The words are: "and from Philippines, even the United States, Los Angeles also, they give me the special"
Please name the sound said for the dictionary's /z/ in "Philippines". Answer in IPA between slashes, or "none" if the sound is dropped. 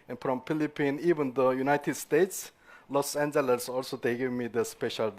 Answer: none